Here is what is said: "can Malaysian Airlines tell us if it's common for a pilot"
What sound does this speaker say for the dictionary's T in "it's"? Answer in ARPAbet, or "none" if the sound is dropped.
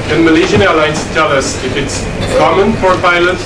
T